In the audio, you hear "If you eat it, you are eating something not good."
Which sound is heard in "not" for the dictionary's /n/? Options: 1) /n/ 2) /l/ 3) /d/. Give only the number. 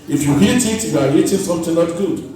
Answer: 2